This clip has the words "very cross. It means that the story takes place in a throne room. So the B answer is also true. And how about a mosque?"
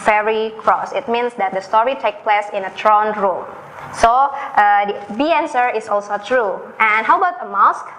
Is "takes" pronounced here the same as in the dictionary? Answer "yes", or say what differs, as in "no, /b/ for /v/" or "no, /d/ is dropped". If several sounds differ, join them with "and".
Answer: no, /s/ is dropped